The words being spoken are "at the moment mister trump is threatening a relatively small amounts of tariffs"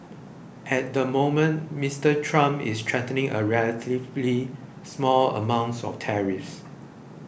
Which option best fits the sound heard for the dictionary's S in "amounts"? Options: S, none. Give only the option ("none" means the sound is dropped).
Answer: S